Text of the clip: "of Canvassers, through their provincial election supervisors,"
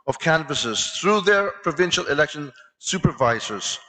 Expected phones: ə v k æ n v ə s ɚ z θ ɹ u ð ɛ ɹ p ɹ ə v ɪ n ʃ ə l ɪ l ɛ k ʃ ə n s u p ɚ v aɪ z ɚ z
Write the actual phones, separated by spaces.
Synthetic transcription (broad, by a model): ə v k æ n v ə s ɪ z θ ɹ u ð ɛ ɹ p ɹ ə v ɪ n ʃ ə l ɪ l ɛ k ʃ ə n s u p ɚ v aɪ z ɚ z